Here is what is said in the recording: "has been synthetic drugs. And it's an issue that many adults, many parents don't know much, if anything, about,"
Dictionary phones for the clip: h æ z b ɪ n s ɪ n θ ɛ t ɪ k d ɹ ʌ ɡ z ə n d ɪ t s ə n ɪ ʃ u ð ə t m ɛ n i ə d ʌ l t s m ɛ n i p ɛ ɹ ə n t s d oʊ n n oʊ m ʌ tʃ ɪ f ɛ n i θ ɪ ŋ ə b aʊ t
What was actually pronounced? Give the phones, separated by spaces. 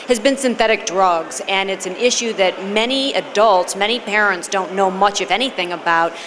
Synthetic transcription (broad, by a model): h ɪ z b ɪ n s ɪ n θ ɛ t ɪ k d ɹ ʌ ɡ z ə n ɪ t s ə n ɪ ʃ u ð ə t m ɛ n i ə d ʌ l t s m ɛ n i p ɛ ɹ ə n t s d oʊ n n oʊ m ʌ tʃ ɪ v ɛ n i θ ɪ ŋ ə b aʊ t